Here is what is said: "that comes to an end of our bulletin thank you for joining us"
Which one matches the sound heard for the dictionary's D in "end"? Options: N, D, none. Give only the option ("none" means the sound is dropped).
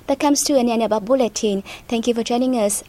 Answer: none